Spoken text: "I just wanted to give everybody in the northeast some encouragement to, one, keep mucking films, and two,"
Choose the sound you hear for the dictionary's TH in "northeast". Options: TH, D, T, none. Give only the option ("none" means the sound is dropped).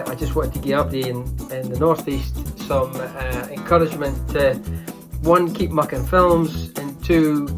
TH